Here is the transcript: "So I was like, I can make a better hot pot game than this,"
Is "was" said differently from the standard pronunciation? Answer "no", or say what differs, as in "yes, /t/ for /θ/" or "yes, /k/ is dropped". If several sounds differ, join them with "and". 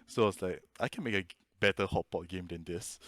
yes, /s/ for /z/